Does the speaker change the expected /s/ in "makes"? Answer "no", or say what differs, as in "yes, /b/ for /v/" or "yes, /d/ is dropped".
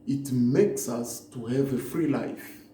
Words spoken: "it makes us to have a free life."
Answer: no